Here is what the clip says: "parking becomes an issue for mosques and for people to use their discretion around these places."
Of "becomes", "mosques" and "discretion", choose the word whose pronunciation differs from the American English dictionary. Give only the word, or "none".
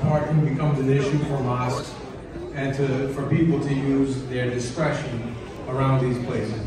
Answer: none